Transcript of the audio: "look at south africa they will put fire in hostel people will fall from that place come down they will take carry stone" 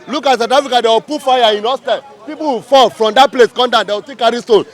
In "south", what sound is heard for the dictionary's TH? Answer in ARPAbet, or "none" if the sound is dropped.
T